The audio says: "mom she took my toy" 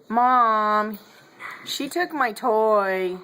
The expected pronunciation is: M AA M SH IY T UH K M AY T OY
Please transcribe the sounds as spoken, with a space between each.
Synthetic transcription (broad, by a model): M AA M SH IY T UH K M AY T OY